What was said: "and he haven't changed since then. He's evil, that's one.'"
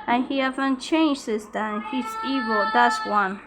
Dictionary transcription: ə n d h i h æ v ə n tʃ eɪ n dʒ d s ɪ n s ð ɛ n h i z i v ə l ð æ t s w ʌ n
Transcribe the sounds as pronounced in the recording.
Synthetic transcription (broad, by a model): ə n h i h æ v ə n tʃ eɪ n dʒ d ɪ s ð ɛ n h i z i v ə l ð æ t s w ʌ n